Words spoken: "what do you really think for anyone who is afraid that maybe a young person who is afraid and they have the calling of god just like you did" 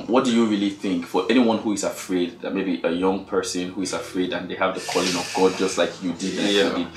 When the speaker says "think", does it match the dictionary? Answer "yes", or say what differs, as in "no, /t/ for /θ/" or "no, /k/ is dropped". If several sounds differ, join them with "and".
yes